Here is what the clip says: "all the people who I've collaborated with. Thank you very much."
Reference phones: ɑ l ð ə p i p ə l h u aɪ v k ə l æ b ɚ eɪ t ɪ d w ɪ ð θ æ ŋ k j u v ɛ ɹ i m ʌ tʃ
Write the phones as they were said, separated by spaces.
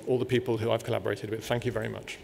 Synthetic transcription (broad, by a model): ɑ l ð ə p i p ə l h u aɪ v k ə l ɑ b ɚ eɪ t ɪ d w ɪ ð θ æ ŋ k j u v ɛ ɹ i m ʌ tʃ